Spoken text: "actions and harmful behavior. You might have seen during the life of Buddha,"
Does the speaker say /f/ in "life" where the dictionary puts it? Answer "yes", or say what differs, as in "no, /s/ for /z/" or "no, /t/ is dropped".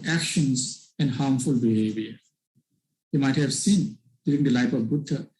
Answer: no, /p/ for /f/